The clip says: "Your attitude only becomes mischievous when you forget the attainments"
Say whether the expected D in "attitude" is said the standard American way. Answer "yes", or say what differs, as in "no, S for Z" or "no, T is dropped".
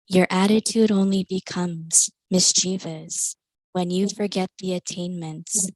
yes